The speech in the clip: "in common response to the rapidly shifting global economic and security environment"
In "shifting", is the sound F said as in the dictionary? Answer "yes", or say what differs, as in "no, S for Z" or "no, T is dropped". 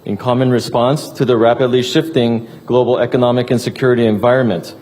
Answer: yes